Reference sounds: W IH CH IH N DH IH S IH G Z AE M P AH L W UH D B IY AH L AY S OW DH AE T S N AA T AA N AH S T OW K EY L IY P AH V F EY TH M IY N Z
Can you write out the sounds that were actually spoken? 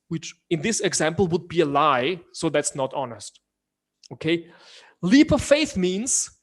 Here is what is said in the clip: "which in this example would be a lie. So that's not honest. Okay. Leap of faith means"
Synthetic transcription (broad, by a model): W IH CH IH N DH IH S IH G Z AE M P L W UH D B IY AH L AY S OW DH AE T S N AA T AA N AH S T OW K EY L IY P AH F EY TH M IY N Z